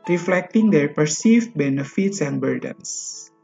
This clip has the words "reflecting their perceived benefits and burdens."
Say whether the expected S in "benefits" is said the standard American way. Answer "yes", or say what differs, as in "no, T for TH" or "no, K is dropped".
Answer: yes